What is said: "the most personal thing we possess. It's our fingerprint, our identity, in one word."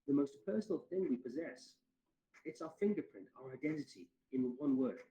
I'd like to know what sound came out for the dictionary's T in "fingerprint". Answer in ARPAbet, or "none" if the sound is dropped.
T